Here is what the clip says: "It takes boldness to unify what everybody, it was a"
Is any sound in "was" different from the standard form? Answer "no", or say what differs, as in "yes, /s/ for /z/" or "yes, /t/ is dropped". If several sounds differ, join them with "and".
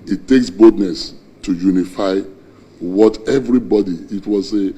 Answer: yes, /s/ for /z/